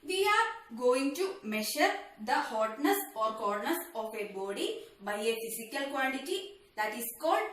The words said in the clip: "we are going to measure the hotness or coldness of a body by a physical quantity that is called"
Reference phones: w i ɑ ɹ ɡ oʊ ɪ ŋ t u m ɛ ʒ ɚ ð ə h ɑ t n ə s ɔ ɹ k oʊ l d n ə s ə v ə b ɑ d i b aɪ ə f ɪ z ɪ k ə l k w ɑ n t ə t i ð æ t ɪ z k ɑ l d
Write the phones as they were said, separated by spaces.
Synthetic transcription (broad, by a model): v i ɑ ɹ ɡ oʊ ɪ ŋ t u m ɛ ʃ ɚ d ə h ɑ t n ə s ɔ ɹ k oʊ d n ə s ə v ə b ɑ d i b aɪ ə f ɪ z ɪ k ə l k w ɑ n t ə t i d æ t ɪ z k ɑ l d